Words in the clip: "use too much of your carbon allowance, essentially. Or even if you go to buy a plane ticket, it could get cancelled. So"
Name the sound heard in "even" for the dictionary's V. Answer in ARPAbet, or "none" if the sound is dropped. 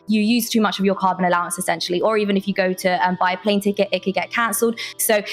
V